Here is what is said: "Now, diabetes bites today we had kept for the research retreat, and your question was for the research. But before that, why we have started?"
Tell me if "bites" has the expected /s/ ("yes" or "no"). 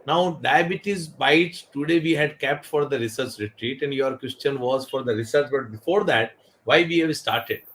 no